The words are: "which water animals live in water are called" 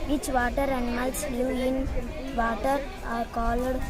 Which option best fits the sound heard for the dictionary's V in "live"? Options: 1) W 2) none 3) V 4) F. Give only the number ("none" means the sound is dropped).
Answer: 2